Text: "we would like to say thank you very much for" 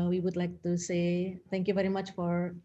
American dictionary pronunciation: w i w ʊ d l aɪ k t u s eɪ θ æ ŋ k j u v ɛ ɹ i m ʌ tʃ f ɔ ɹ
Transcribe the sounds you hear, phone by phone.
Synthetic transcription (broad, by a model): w i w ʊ d l aɪ k t u s eɪ t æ ŋ k j u v ɛ ɹ i m ʌ tʃ f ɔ ɹ